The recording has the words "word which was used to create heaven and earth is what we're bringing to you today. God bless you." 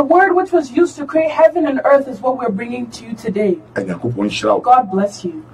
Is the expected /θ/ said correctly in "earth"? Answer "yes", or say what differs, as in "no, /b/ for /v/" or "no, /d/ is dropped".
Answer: yes